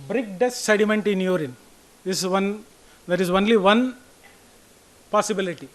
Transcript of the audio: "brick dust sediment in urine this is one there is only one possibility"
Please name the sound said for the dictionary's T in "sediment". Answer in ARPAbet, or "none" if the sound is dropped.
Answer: T